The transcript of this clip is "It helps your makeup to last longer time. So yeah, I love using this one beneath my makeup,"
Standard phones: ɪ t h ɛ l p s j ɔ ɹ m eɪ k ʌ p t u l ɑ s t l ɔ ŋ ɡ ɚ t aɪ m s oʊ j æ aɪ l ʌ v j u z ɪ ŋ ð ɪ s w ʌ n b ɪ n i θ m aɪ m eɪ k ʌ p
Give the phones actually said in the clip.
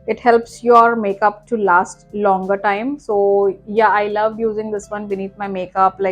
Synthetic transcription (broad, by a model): ɪ t h ɛ l p s j ɔ ɹ m eɪ k ʌ p t u l ɑ s t l ɔ ŋ ɡ ɚ t aɪ m s oʊ j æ aɪ l ʌ v j u z ɪ ŋ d ɪ s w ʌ n b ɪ n i t m aɪ m eɪ k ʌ p